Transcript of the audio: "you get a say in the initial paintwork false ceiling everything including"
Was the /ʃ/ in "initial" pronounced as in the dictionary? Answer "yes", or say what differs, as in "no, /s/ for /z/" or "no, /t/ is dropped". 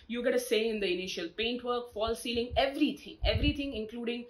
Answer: yes